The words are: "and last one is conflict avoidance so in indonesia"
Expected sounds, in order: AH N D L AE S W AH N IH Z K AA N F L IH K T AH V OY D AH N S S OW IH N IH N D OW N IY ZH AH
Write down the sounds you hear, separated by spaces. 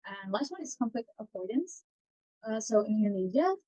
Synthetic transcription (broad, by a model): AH N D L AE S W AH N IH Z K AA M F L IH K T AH P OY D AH N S S OW IH N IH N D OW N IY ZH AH